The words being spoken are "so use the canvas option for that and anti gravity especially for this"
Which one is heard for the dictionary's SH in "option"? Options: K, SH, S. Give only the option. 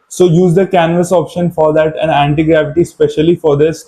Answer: SH